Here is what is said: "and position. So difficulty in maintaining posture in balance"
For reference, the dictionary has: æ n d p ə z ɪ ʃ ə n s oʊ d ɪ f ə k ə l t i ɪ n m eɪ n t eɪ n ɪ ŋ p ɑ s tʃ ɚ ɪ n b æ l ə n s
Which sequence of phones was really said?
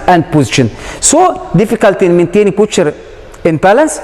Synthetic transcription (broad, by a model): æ n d p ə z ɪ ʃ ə n s oʊ d ɪ f ə k ə l t i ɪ n m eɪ n t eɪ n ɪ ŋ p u tʃ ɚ ɪ n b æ l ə n s